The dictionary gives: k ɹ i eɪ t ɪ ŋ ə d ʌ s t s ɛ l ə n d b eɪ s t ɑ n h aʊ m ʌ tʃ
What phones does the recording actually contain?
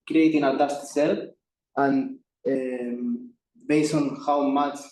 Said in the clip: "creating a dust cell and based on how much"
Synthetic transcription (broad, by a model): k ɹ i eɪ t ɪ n ə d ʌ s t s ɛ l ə n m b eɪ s ɑ n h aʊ m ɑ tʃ